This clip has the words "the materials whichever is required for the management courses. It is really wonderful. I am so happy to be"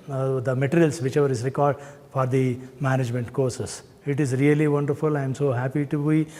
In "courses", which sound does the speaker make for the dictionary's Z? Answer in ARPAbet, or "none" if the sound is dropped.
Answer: S